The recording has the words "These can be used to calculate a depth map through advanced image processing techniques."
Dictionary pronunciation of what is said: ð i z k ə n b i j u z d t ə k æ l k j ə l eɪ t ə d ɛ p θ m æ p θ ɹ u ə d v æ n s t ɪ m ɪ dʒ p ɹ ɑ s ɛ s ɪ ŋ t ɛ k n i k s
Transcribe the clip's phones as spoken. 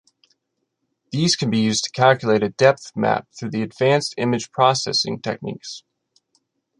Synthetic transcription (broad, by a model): ð i z k ə n b i j u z t ə k æ l k j ə l eɪ t ə d ɛ p θ m æ p θ ɹ u ə d v æ n s t ɪ m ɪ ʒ p ɹ ɑ s ɛ s ɪ ŋ t ɛ k n i k s